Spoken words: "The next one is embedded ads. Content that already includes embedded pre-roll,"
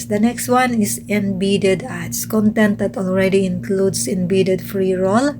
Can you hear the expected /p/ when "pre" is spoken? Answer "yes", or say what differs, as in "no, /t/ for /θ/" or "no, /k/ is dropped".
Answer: no, /f/ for /p/